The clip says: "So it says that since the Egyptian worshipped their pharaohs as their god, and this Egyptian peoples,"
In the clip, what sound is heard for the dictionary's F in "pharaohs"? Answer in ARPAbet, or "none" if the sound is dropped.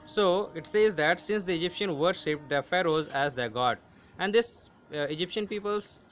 F